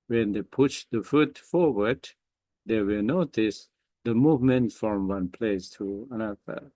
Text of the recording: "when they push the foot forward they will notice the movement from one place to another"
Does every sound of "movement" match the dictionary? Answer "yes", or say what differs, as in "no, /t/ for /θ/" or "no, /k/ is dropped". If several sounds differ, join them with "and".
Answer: yes